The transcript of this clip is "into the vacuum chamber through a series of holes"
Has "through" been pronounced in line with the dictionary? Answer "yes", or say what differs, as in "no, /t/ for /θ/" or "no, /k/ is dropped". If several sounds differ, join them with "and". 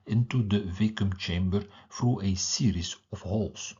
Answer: no, /f/ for /θ/